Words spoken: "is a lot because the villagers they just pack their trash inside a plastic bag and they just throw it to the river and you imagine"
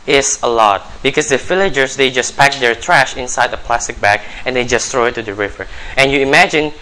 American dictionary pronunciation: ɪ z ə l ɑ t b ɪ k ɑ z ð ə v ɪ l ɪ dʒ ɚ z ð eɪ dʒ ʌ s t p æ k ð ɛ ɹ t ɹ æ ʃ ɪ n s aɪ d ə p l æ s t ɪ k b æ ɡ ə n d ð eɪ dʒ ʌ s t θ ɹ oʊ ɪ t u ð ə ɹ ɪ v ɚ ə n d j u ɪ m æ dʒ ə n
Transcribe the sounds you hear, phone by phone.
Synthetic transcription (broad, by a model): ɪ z ə l ɑ t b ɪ k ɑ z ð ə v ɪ l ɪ dʒ ɚ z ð eɪ dʒ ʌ s p æ k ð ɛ ɹ t ɹ æ ʃ ɪ n s aɪ d ə p l æ s t ɪ k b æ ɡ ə n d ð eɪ dʒ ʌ s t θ ɹ oʊ ɪ t u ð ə ɹ ɪ v ɚ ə n j u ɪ m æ dʒ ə n